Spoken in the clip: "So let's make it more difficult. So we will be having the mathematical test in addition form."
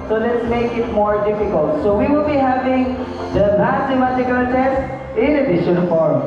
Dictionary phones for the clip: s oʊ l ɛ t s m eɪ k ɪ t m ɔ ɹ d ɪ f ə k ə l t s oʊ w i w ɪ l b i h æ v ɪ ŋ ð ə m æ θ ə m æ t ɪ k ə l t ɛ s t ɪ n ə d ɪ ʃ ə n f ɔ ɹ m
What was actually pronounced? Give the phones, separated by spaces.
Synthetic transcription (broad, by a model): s oʊ l ɛ t s m eɪ k ɪ t m ɔ ɹ d ɪ f ə k ə l t s oʊ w i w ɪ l b i h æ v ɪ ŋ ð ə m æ s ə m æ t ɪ k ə l t ɛ s t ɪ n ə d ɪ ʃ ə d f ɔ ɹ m